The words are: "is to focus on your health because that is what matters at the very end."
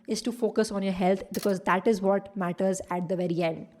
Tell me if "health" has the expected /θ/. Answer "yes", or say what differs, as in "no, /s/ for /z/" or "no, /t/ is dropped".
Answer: no, /t/ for /θ/